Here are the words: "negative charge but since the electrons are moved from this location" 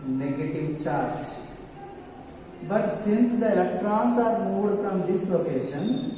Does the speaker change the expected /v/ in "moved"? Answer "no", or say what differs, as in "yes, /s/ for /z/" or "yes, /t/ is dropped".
yes, /v/ is dropped